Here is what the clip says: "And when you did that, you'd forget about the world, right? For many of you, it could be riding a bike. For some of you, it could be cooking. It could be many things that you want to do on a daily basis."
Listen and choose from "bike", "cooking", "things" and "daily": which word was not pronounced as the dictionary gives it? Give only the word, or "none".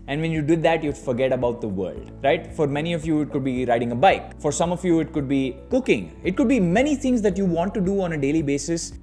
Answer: things